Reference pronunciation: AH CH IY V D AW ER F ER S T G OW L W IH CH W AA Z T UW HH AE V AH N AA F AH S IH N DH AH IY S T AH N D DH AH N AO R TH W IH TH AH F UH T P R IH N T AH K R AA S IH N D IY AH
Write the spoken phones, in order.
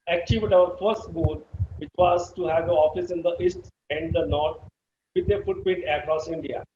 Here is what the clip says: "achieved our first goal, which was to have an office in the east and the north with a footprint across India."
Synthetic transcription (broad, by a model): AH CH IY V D AW ER F ER S T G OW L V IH CH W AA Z T UW HH AE V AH AA F AH S IH N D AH IY S T AH N D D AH N AO R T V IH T AH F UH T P EH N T AH K R AA S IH N D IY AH